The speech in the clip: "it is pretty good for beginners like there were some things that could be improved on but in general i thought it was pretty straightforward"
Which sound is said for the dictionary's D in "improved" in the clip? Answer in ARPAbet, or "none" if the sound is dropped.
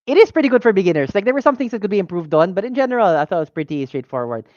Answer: D